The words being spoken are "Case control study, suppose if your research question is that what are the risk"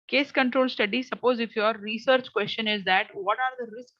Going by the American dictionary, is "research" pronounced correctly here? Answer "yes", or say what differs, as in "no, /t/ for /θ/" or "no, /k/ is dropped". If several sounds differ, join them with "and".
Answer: yes